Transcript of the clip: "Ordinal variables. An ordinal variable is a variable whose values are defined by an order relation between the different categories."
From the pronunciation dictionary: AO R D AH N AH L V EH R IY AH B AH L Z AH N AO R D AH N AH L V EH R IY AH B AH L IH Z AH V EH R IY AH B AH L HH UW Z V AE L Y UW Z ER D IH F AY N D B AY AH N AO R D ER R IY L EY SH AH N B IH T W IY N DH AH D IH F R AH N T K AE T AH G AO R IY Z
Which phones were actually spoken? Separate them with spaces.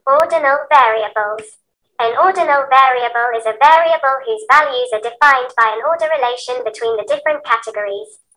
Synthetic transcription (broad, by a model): AO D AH N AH L V EH R IY AH B AH L Z AH N AO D N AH L V EH R IY AH B AH L IH Z AH V EH R IY AH B AH L HH UW Z V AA L Y UW Z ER D IH F AY N B AY AH N AO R D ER R IY L EY SH AH N B IH T W IY N DH AH D IH F R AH N K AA T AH G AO R IY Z